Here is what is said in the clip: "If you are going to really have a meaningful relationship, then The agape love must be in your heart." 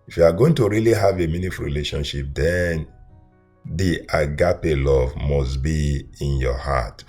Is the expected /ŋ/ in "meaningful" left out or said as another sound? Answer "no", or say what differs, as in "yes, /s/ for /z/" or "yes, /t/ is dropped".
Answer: yes, /ŋ/ is dropped